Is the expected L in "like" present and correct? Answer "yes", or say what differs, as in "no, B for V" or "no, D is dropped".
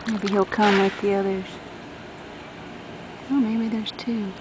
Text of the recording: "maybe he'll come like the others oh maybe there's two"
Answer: no, W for L